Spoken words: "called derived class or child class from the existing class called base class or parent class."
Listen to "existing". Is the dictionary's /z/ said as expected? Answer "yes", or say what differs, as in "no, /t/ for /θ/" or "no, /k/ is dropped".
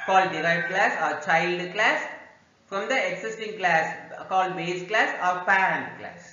no, /s/ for /z/